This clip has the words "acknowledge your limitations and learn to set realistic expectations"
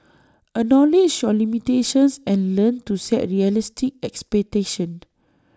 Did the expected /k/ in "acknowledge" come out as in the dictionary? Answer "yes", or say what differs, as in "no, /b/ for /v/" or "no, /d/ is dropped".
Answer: no, /k/ is dropped